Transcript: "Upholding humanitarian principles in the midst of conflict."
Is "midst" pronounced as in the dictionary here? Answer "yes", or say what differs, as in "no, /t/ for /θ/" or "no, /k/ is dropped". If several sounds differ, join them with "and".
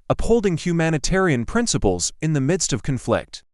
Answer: yes